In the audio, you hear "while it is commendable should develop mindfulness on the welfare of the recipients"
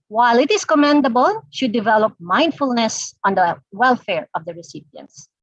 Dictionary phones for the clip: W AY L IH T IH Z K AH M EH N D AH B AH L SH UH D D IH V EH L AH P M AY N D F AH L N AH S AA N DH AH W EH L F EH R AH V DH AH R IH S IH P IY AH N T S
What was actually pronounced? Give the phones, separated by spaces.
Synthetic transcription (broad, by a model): W AY L IH T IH S K AH M EH N D AH B AH L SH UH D D IH V EH L AH P M AY N D F AH L N AH S AA N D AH W EH L F EH R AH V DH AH R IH S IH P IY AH N T S